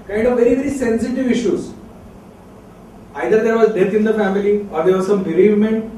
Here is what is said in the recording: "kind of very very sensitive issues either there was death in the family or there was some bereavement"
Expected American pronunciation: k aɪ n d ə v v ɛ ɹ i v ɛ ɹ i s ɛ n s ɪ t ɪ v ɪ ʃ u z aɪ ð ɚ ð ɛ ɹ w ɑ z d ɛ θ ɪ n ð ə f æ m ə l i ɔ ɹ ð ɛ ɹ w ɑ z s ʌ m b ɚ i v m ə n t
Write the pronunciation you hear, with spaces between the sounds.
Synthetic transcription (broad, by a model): k aɪ n d ə v v ɛ ɹ i v ɛ ɹ i s ɛ n s ɪ t ɪ v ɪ ʃ u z aɪ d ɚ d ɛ ɹ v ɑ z d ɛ t ɪ n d ə f æ m ə l i ɔ ɹ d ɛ ɹ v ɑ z s ʌ m b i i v m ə n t